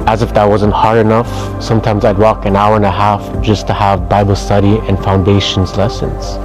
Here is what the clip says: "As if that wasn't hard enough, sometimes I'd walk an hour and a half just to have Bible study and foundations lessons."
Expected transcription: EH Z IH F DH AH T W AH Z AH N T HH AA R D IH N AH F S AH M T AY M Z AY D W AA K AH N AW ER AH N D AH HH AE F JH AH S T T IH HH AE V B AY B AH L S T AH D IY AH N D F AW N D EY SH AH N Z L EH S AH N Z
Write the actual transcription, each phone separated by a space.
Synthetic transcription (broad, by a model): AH Z IH F DH AH T W AH Z AH N T HH AA R D IH N AH F S AH M T AY M Z AY D W AA K AH N AW ER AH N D AH HH AE F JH AH S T T IH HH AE V B AY B L S T AH D IY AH N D F AW N D EY SH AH N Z L EH S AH N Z